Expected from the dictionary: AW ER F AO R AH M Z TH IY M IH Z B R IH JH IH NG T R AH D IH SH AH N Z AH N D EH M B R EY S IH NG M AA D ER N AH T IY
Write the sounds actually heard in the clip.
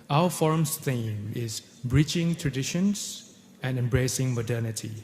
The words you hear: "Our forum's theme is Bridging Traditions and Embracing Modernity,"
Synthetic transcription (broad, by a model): AW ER F AO R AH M S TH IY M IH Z B R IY CH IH NG T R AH D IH SH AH N S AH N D EH M B R EY S IH NG M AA D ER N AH T IY